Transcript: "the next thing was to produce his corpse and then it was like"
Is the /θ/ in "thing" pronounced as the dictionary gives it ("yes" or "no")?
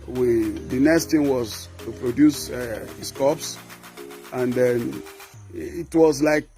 no